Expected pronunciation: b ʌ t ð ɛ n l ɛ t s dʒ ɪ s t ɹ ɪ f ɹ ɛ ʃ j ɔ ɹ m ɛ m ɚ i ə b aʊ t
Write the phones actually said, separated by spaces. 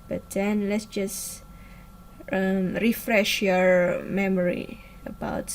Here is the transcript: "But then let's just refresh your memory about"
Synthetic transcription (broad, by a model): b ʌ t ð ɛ n l ɛ t s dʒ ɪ s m ɹ ɪ f ɹ ɛ ʃ j ɔ ɹ m ɛ m ɚ i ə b aʊ t